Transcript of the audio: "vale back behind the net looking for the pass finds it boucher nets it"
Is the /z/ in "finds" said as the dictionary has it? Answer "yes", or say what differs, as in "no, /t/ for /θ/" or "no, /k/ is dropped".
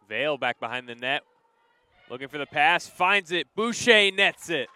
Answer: yes